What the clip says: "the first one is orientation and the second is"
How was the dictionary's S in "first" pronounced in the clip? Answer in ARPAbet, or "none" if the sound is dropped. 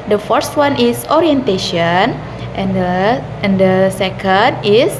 S